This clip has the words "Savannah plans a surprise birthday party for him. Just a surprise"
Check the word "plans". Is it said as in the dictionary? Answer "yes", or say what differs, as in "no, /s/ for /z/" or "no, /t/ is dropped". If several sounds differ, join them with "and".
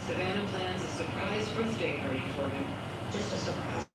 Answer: yes